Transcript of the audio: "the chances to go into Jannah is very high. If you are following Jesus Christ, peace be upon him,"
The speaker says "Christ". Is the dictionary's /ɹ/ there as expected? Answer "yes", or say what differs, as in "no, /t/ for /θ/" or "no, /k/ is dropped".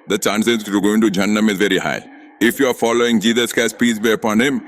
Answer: no, /ɹ/ is dropped